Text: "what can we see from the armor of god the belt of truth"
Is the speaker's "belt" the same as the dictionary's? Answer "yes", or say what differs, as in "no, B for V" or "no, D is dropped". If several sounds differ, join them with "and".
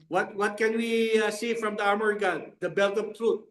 yes